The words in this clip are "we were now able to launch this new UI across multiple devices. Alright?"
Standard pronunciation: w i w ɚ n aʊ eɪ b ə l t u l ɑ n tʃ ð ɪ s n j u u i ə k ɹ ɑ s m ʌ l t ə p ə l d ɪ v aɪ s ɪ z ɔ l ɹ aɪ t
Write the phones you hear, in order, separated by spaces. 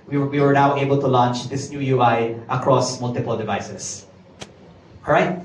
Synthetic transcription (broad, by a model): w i w ɚ n aʊ eɪ b ə l t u l ɑ n tʃ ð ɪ s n j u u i ə k ɹ ɑ s m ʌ l t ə p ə l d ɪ v aɪ s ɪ s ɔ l ɹ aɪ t